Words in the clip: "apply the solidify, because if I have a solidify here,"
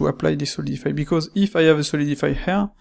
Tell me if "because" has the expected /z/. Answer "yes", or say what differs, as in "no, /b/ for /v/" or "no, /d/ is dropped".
yes